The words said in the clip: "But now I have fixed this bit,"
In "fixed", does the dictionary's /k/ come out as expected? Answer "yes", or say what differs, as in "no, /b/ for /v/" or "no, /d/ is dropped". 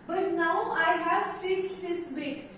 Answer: no, /k/ is dropped